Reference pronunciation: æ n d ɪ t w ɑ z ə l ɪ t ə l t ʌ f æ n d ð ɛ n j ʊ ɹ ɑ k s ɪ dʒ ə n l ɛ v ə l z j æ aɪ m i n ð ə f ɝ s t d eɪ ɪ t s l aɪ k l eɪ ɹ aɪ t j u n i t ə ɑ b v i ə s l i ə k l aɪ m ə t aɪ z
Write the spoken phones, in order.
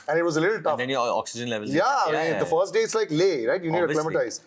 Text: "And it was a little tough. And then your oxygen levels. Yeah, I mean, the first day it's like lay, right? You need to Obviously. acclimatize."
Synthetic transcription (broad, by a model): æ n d ɪ t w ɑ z ə l ɪ t ə l t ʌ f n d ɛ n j ɑ k s ɪ dʒ ə n l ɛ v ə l j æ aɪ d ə f ɝ s t d eɪ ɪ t s l aɪ k l eɪ ɹ aɪ t j u n i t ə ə l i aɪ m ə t aɪ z